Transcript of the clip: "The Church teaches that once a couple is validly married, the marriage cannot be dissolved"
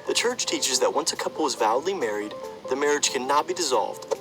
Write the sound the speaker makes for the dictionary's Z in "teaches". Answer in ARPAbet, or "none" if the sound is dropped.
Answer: Z